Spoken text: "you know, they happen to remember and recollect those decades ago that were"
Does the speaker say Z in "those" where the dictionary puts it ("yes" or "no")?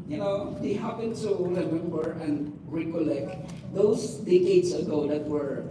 no